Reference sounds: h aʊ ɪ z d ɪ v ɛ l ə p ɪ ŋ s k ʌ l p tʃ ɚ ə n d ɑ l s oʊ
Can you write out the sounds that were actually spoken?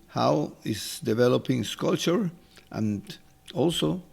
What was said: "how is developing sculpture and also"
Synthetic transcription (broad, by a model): h aʊ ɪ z d ɪ v ɛ l ə p ɪ ŋ s k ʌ l tʃ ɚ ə n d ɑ l s oʊ